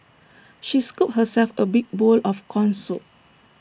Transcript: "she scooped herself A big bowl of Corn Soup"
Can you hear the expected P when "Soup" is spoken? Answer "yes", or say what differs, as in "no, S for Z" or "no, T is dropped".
no, P is dropped